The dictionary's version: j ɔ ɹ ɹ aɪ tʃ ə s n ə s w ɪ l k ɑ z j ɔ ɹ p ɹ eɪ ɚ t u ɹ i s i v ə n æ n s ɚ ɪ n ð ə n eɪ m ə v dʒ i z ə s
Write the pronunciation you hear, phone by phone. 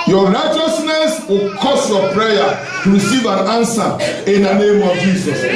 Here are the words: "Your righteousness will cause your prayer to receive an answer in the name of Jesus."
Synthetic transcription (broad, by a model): j ɔ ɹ ɹ aɪ tʃ ə s n ə s w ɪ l k ɑ s j ɔ p ɹ eɪ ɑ t u ɹ i s i v ə n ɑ n s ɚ ɪ n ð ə n eɪ m ə v dʒ i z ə s